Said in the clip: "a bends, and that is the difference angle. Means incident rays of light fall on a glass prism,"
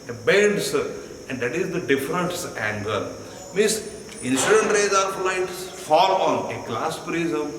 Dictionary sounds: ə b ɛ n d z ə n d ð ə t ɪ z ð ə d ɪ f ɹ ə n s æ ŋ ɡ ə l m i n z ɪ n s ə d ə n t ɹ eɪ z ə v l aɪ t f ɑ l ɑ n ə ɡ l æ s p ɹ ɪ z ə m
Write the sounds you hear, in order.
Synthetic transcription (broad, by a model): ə b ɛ n d s ə n d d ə t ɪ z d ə d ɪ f ɹ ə n s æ ŋ ɡ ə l m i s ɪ n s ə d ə n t ɹ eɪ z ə p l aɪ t f ɑ l ɑ n ə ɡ l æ s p ɹ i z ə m